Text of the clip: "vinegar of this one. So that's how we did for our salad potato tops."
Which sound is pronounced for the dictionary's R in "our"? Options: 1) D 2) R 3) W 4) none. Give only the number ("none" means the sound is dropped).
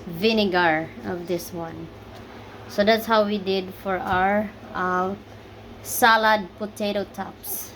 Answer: 2